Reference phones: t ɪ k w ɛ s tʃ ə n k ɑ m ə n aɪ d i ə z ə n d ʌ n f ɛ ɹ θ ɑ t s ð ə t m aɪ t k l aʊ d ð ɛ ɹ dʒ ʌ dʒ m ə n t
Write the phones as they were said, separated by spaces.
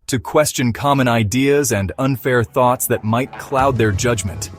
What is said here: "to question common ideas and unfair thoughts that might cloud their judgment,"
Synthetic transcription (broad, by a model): t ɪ k w ɛ s tʃ ə n k ɑ m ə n aɪ d i ə z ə n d ʌ n f ɛ ɹ θ ɑ t s ð ə t m aɪ t k l aʊ d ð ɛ ɹ dʒ ʌ dʒ m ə n t